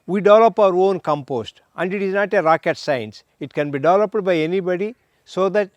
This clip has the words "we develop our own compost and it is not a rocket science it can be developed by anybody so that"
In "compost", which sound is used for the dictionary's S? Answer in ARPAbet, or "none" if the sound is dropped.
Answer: S